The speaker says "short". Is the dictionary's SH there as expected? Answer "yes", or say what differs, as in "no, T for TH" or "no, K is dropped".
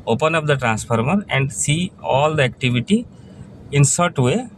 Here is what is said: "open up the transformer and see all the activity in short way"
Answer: no, S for SH